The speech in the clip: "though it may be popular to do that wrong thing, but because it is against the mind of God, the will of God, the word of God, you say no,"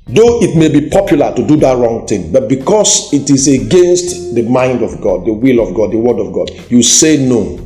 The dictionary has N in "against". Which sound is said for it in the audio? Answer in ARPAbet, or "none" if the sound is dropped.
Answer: N